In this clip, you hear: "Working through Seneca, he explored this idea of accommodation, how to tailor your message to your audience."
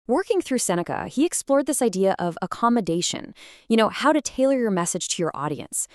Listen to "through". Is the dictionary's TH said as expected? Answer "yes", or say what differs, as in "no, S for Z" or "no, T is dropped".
yes